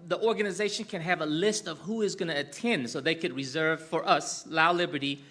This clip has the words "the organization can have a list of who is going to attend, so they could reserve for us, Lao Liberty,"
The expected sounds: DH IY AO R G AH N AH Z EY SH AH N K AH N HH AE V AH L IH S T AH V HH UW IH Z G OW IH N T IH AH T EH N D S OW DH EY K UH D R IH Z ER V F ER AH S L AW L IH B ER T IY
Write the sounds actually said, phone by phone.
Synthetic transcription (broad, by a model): DH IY AO R G AH N AH Z EY SH AH N K AH N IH V AH L IH S T AH V HH UW IH Z G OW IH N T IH T EH N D S OW DH EY K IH D R IH Z ER V F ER AH S L AW L IH B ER T IY